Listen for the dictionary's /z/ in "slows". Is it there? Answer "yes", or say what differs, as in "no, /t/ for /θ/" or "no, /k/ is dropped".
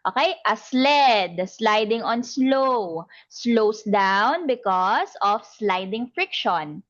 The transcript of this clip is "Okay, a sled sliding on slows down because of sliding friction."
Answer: no, /s/ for /z/